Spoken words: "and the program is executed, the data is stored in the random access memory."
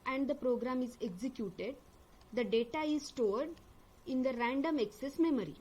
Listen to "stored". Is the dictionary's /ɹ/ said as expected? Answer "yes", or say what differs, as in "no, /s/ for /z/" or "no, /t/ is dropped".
yes